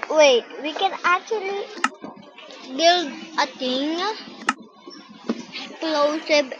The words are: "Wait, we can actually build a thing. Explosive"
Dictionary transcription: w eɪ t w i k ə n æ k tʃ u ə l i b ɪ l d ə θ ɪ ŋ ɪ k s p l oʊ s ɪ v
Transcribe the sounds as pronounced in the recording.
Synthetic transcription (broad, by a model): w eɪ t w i k ə n æ k tʃ u ə l i b ɪ l d ə t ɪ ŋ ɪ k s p l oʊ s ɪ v